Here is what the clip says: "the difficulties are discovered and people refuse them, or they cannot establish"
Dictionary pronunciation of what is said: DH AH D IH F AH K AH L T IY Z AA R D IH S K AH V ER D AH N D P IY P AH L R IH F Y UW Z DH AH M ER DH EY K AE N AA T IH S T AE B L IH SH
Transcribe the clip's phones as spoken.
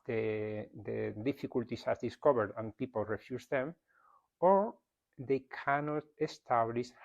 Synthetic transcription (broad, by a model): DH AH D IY F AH K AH L T IY S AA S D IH S K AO B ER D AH N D P IY P AH L R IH F Y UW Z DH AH M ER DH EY K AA N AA T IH S T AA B L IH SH